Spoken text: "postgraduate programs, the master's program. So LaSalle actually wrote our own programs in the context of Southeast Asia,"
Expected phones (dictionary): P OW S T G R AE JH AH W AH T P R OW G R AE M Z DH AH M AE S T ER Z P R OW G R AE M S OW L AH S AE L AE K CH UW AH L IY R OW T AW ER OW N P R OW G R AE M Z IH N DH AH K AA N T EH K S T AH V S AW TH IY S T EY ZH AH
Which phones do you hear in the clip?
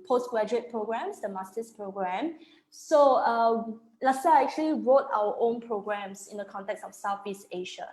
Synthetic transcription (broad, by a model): P OW S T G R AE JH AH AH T P R OW G R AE M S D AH M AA S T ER S P R OW G R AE M S OW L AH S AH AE K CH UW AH L IY R OW T AW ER OW N P R OW G R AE M S IH N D AH K AA N T EH K S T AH F S AW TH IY S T EY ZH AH